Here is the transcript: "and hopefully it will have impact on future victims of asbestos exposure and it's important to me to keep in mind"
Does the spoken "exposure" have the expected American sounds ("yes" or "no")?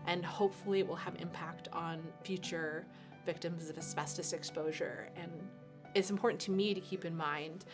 yes